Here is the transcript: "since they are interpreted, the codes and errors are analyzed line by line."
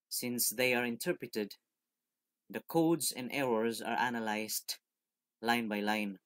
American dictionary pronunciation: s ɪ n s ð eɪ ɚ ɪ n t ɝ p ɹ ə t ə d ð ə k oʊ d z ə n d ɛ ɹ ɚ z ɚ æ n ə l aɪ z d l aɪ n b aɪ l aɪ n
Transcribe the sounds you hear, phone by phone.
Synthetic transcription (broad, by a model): s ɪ n s ð eɪ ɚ ɪ n t ɝ p ɹ ə t ə d ð ə k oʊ d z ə n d ɛ ɹ ɚ z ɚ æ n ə l aɪ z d l aɪ n b aɪ l aɪ n